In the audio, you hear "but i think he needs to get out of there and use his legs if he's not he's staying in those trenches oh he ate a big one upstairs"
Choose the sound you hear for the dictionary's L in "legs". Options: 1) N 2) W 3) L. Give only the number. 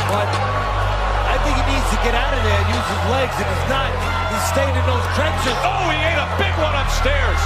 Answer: 3